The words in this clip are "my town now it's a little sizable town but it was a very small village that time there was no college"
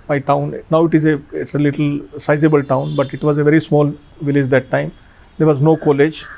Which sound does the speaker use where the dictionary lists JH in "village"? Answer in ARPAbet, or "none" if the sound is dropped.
JH